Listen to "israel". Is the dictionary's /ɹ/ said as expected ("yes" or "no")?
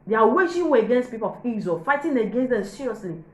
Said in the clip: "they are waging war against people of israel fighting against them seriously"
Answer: no